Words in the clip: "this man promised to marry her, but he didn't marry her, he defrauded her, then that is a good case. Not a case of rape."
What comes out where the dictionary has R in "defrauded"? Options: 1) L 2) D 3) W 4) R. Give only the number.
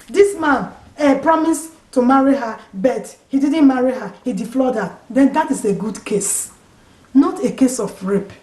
1